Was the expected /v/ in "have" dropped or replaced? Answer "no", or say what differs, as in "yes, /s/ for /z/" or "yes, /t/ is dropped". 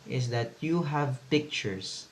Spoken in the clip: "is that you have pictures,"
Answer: no